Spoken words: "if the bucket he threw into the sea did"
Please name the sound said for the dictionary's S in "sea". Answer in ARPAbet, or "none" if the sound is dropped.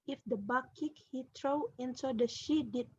SH